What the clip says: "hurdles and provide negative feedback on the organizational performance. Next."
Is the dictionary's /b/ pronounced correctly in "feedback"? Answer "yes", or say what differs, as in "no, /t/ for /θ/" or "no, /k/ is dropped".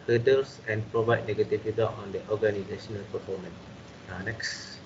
no, /b/ is dropped